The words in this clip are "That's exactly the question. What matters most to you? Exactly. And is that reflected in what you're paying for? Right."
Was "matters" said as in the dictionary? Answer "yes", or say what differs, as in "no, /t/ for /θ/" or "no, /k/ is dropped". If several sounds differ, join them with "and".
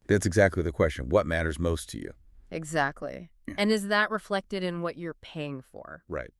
yes